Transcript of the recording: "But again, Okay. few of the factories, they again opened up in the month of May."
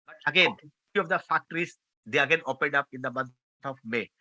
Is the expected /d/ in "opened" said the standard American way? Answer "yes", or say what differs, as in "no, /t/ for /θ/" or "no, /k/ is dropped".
yes